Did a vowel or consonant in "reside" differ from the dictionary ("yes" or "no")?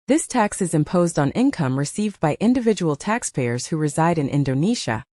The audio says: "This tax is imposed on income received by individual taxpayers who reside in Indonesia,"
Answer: no